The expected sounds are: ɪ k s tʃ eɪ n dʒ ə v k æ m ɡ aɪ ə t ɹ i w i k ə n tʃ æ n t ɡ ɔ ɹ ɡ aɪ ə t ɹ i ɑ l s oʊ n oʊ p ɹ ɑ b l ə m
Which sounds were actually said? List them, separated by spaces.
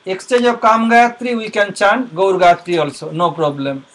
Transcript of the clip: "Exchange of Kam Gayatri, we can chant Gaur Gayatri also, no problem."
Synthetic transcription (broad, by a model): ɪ k s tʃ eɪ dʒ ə b k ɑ m ɡ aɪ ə t ɹ i w i k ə n tʃ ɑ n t ɡ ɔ ɹ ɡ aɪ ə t ɹ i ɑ l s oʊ n oʊ p ɹ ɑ b l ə m